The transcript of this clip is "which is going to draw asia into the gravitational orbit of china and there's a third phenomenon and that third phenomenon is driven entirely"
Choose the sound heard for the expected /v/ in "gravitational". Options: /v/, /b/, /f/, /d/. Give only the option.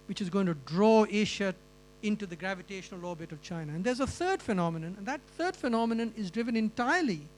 /v/